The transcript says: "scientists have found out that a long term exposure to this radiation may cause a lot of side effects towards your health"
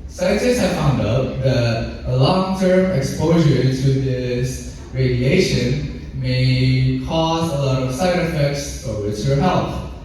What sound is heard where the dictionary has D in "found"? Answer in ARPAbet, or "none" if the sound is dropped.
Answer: D